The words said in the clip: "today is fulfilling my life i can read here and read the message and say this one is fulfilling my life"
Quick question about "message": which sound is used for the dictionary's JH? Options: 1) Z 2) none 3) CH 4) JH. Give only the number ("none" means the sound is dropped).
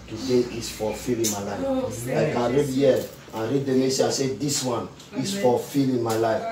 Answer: 2